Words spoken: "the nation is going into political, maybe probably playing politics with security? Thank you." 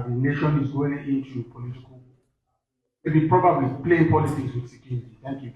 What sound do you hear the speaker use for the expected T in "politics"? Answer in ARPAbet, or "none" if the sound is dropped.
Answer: S